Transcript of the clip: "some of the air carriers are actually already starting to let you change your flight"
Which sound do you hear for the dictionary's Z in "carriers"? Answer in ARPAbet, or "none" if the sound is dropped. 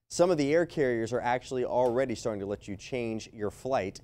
Z